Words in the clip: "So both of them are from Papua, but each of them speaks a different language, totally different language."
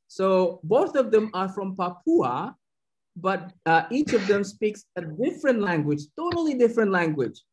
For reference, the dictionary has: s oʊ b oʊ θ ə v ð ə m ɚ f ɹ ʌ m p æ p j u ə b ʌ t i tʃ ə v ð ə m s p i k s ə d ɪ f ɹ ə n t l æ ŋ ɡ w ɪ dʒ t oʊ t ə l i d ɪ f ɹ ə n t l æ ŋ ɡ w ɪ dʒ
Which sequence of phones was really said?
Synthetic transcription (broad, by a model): s oʊ b oʊ θ ə v ð ə m ɚ f ɹ ʌ m p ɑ p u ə b ʌ t i tʃ ə v ð ə m s p i k s ə d ɪ f ɹ ə n t l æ ŋ ɡ w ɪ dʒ t oʊ t l i d ɪ f ɹ ə n t l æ ŋ ɡ w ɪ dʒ